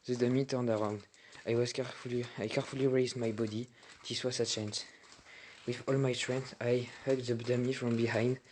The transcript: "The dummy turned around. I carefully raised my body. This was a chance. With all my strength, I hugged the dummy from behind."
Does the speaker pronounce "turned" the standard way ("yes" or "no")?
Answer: yes